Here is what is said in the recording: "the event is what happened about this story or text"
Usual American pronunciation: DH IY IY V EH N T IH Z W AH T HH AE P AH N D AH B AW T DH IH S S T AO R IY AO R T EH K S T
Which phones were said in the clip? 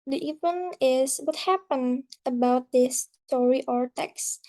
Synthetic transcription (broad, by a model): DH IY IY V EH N IH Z W AH T HH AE P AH N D AH B AW T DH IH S S T AO R IY AO R T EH K S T